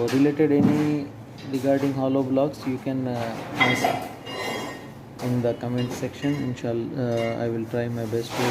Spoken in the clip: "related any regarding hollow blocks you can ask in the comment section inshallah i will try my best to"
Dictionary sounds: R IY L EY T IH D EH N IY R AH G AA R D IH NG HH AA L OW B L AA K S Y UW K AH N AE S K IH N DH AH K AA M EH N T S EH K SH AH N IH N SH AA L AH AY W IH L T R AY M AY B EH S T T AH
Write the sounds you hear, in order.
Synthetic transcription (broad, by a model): R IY L EY T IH D EH N IY R AH G AA R D IH NG HH AA L OW B L AA K S Y UW K AH N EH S IH N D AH K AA M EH N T S EH K SH AH N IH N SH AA L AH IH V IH L T R AY M AY B EH S T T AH